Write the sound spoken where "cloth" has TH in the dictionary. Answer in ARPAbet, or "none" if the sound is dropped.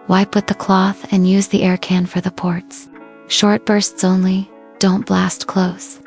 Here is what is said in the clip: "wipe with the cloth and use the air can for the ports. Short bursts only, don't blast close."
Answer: TH